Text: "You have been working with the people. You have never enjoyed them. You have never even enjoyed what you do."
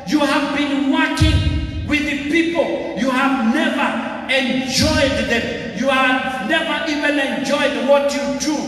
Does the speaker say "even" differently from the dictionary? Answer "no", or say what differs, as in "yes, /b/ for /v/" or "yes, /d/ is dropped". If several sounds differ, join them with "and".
no